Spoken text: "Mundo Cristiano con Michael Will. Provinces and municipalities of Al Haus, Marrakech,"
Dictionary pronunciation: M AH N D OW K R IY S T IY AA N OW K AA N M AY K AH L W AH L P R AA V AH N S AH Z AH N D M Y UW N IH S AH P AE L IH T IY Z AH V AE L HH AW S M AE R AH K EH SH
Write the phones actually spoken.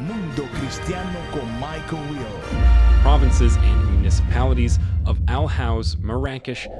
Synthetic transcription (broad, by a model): M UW N D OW K R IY S T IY AA N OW K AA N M AY K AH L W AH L P R AA V AH N S AH Z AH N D M Y UW N IH S AH P AE L IH T IY Z AH V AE L HH AW S M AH R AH K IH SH